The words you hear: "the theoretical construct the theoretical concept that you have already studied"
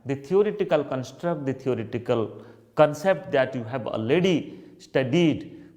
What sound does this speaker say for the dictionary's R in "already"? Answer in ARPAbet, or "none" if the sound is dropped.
none